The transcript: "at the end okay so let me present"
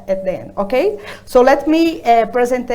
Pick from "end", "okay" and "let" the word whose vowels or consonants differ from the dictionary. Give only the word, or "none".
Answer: end